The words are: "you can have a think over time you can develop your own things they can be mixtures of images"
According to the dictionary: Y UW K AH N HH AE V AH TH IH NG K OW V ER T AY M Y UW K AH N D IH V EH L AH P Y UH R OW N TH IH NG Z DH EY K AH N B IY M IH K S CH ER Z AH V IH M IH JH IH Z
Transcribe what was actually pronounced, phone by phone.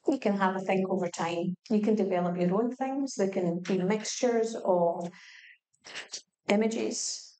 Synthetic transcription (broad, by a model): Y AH K AH N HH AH V AH TH IH NG K OW V ER T AY M Y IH K AH N D IH V EH L AH P Y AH R OW N TH IH NG Z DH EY K AH N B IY M IH K S CH ER Z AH IH M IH JH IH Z